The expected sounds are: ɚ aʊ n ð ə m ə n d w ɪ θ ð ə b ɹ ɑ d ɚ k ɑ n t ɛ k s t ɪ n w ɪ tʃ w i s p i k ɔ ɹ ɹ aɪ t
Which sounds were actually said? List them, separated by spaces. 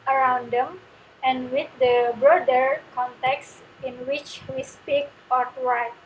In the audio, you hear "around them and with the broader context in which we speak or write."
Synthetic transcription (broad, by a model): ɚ aʊ n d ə m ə n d w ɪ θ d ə b ɹ ɑ d ɚ k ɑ n t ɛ k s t ɪ n w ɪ tʃ w i s p i k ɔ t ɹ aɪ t